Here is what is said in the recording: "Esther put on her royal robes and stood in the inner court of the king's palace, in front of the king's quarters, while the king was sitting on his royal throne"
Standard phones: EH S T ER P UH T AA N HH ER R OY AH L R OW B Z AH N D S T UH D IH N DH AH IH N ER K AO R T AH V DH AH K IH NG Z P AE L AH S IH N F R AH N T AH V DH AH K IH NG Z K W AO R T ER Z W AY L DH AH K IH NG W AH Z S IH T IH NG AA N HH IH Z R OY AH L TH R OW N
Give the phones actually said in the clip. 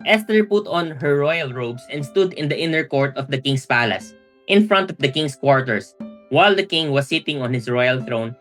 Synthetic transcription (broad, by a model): EH S T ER P UH T AA N HH ER R OY AH L R OW B S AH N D S T UH D IH N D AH IH N ER K AO R T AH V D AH K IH NG S P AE L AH S IH N F R AH N T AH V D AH K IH NG S K W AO R T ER S W AY L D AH K IH NG W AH S IH T IH NG AA N HH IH S R OY AH L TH R OW N